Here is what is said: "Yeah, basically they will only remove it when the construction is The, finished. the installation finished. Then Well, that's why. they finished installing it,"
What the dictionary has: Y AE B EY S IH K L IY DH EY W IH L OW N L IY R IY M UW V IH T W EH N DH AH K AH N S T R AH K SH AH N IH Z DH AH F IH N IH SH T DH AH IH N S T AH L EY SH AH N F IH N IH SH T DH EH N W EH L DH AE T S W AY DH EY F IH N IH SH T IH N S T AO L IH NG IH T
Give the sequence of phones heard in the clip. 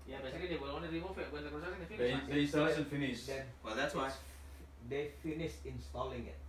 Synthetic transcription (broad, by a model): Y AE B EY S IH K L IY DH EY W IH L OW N IY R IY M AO F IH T W EH N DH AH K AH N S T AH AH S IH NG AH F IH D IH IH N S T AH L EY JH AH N F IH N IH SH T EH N W EH L DH AE T S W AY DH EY F IH N IH SH T IH N S T AO L IH NG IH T